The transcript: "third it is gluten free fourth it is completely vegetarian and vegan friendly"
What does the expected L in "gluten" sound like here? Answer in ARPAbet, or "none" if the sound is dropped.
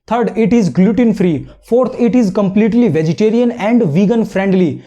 L